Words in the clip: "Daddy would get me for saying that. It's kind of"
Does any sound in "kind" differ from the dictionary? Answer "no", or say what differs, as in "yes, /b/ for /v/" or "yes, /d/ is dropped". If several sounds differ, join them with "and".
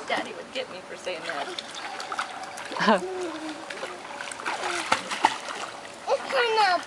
yes, /d/ is dropped